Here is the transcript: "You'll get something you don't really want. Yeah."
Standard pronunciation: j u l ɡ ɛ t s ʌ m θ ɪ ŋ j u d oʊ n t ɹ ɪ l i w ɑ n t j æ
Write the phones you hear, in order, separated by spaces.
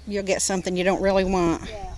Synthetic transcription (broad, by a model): j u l ɡ ɛ t s ʌ m θ ɪ ŋ j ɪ d oʊ n t ɹ ɪ l i w ɑ n t